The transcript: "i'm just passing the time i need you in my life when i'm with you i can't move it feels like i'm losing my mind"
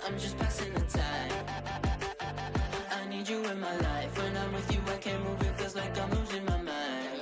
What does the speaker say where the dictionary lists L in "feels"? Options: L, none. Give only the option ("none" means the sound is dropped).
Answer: none